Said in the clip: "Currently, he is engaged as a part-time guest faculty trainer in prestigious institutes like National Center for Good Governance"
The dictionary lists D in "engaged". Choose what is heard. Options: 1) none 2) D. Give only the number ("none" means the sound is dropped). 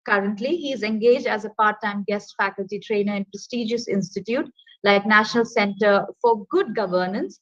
2